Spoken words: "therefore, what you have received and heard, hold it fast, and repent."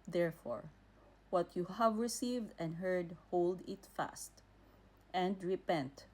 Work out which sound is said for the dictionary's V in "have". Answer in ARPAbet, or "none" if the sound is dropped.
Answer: V